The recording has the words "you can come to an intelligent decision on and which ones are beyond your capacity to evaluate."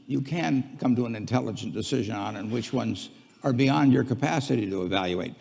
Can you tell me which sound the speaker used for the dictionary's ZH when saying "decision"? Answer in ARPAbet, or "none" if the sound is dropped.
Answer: ZH